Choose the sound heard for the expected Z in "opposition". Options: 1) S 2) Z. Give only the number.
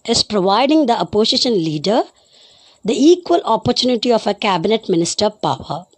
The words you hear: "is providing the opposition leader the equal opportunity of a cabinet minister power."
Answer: 1